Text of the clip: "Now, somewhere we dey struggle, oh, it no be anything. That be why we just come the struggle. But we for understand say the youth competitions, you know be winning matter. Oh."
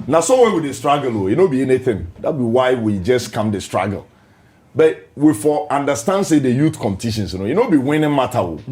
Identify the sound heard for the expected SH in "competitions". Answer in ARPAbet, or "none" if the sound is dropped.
S